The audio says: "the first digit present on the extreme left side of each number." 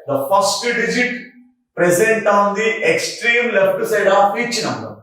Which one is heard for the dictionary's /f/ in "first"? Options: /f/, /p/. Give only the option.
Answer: /p/